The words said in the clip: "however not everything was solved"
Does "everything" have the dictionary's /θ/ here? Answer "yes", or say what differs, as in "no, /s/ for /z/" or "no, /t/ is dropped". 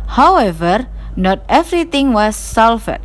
no, /t/ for /θ/